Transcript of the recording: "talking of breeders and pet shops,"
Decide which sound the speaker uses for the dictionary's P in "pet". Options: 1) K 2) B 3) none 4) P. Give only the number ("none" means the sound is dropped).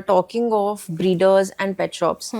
4